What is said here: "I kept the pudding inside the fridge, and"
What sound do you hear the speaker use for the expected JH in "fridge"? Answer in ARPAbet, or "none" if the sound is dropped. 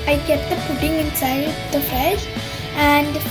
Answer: SH